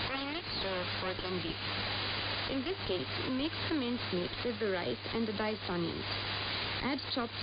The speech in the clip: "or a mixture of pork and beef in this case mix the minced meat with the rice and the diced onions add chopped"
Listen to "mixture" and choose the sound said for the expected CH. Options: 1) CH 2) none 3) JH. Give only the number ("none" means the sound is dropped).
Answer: 2